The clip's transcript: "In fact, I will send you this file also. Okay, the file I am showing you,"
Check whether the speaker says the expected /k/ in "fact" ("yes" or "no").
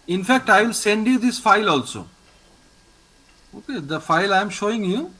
yes